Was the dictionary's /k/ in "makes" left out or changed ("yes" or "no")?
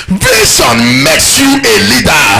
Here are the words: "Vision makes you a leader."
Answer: no